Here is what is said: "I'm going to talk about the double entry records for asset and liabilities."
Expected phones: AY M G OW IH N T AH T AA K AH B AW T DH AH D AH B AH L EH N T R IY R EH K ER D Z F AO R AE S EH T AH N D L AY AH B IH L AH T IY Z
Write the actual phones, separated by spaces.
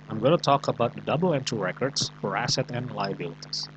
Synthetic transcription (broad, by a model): AY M G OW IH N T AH T AA K AH B AW T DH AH D AH B L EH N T IY R EH K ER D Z F AO R AE S EH T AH N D L AY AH B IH L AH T IY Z